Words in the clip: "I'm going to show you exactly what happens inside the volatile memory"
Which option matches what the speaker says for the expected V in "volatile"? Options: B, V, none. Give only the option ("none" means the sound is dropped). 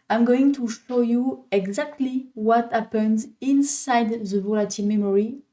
V